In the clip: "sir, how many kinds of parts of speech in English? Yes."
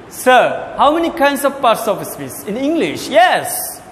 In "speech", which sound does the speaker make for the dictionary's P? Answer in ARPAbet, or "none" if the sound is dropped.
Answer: F